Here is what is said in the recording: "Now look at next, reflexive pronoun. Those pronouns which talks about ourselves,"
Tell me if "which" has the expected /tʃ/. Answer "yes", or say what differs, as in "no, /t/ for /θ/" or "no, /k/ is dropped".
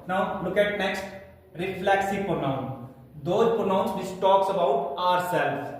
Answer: no, /s/ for /tʃ/